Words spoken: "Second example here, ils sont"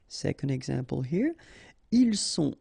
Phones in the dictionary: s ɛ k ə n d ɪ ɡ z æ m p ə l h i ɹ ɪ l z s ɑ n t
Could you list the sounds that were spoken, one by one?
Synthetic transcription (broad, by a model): s ɛ k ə n d ɪ ɡ z æ m p ə l h i ɹ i l s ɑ